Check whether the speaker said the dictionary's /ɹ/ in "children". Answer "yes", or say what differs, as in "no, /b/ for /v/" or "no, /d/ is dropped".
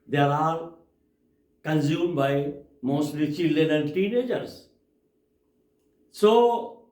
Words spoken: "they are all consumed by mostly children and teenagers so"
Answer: no, /ɹ/ is dropped